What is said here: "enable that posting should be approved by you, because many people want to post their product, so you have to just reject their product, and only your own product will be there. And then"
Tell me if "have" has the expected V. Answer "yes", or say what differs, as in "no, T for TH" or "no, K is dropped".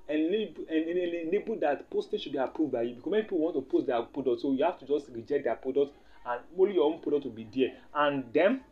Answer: no, F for V